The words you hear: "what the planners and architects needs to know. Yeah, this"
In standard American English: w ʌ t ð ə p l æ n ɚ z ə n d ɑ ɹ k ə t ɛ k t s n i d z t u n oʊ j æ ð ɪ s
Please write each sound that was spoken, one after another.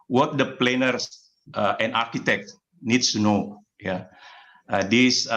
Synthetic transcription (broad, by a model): w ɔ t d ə p l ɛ n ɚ s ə n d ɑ ɹ k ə t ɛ k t n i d s t u n oʊ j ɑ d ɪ s